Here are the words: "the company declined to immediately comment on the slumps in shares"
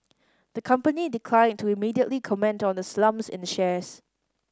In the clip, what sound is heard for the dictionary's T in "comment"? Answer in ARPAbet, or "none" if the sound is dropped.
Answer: T